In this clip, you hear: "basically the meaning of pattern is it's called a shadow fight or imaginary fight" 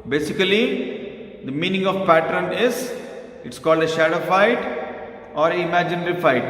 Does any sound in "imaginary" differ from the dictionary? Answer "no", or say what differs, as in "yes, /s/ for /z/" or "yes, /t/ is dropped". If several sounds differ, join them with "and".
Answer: no